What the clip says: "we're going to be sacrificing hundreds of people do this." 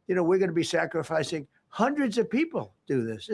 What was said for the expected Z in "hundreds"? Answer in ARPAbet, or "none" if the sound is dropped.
Z